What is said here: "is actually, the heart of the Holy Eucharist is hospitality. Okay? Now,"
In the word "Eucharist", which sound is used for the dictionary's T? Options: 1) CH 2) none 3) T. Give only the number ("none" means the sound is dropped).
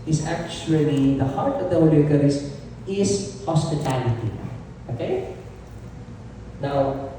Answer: 2